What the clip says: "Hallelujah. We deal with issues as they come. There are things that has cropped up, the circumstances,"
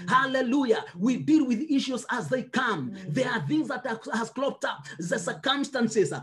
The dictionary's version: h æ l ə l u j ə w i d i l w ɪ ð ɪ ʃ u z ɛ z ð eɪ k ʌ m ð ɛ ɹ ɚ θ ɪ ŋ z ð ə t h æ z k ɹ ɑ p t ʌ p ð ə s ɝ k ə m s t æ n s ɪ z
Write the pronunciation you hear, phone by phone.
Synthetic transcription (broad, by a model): h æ l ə l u j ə w i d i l w ɪ ð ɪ ʃ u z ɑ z ð eɪ k ʌ m ð ɛ ɹ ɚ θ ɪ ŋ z ð ə t h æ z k l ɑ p t ʌ p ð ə s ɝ k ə m s t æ n s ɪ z